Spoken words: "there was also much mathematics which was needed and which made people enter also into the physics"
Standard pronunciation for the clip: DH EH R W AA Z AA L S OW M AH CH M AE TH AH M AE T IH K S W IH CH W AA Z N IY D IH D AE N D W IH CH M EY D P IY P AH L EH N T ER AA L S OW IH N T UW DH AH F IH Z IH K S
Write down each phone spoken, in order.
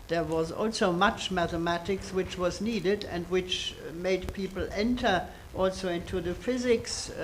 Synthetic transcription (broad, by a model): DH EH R W AA Z AA L S OW M AH CH M AE TH AH M AE T IH K S W IH CH W AA Z N IY D IH D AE N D W IH CH M EY D P IY P L EH N T ER AA L S OW IH N T UW DH AH F IH Z IH K S